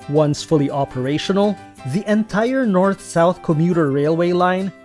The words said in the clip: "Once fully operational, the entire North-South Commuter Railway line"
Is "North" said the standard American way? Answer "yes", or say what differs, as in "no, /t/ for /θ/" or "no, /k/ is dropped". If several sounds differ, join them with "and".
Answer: yes